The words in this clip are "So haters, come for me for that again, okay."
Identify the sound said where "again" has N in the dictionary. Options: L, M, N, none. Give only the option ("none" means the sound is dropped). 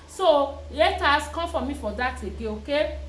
none